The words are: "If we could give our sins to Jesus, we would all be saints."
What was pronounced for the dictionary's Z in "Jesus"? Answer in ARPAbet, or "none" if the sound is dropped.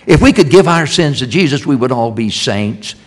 Z